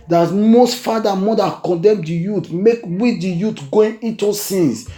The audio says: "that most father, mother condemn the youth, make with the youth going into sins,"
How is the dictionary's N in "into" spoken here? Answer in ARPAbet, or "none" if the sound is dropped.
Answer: none